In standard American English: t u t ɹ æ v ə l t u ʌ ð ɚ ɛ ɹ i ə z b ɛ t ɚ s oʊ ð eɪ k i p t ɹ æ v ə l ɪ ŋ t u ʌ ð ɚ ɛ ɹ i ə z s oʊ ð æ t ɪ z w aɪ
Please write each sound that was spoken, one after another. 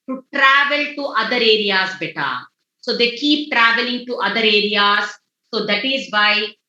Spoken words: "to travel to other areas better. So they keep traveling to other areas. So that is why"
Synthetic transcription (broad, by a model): t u t ɹ æ v ə l t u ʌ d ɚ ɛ ɹ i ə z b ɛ t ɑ s oʊ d eɪ k i p t ɹ æ v ə l ɪ ŋ t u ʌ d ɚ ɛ ɹ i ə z s oʊ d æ t ɪ z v aɪ